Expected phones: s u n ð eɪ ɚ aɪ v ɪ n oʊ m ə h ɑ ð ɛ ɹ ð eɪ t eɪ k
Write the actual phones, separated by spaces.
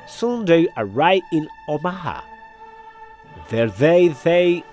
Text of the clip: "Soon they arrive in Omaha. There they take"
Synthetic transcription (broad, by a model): s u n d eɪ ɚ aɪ ɪ n oʊ m ə h ɑ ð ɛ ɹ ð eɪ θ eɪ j